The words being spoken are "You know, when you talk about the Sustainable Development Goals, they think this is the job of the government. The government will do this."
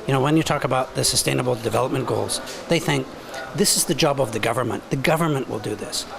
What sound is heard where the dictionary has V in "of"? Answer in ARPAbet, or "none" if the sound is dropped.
V